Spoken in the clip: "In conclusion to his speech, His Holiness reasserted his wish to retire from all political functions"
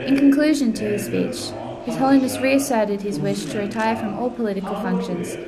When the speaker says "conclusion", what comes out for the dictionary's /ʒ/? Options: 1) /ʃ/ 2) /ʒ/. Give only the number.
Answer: 2